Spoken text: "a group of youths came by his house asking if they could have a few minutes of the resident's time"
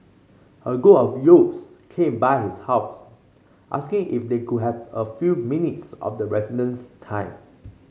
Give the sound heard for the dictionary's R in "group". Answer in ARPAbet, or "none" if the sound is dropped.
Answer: none